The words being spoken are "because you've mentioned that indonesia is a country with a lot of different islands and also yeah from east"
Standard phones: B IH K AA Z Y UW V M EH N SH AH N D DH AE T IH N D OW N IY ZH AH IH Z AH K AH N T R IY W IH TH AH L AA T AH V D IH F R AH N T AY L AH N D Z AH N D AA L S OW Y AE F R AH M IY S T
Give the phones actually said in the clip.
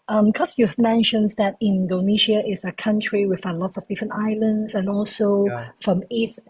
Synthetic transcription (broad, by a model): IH K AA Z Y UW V M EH N SH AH N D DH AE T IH N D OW N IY SH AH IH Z AH K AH N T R IY W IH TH AH L AA T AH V D IH F R AH N T AY L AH N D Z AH N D AA L S OW F R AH M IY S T